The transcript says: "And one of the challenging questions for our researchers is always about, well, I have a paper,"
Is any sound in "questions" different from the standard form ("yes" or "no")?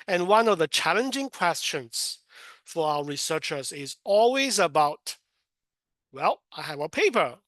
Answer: no